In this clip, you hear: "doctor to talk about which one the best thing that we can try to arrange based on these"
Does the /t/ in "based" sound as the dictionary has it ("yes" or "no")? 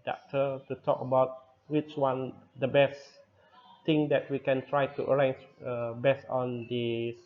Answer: no